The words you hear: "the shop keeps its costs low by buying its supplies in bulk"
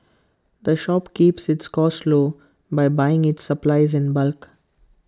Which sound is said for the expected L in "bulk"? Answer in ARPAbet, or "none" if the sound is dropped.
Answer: L